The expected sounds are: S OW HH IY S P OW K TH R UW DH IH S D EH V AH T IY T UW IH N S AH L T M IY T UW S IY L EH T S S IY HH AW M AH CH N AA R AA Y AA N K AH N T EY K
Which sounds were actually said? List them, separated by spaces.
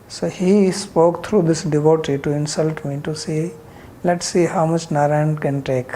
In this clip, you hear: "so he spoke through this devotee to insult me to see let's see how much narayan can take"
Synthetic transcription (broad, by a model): S OW HH IY S P OW K T R UW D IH S D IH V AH T IY T UW IH N S AH L T M IY T UW S IY L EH T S S IY HH AW M AH CH N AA R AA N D K AH N T EY K